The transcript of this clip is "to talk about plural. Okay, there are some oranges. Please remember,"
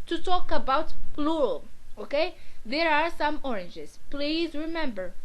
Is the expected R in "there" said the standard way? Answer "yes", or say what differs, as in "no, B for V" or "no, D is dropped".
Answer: yes